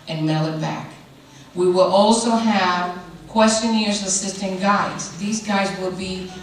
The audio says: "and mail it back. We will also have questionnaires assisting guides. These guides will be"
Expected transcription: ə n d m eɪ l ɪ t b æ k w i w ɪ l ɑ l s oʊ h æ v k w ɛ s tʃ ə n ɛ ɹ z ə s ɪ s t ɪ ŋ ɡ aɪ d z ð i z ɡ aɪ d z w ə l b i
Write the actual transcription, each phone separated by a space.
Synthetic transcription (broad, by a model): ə n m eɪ l ɪ t b æ k w i w ɪ l ɑ l s oʊ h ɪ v k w ɛ s tʃ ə n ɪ ɹ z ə s ɪ s t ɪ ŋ ɡ aɪ d z ð i z ɡ aɪ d z w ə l b i